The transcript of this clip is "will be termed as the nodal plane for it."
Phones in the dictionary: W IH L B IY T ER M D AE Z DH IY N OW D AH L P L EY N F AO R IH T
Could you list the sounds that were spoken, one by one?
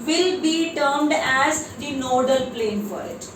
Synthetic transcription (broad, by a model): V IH L B IY T ER M D AE Z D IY N OW D AH L P L EY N F AO R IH T